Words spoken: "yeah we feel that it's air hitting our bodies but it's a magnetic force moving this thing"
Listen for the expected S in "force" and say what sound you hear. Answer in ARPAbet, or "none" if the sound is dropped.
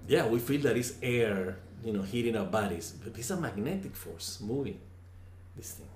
S